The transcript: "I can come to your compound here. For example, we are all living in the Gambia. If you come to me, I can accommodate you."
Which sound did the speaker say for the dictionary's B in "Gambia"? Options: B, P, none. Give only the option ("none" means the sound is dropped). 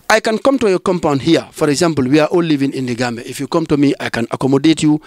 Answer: none